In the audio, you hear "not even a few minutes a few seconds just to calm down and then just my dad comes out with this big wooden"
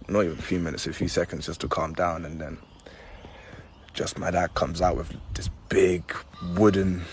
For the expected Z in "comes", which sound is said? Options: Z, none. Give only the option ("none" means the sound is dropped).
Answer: Z